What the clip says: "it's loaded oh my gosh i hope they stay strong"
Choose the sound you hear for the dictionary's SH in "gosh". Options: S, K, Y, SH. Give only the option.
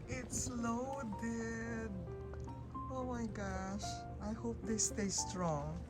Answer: SH